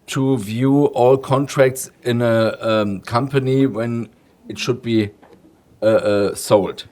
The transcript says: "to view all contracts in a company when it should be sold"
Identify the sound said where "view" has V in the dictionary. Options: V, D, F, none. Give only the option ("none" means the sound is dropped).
V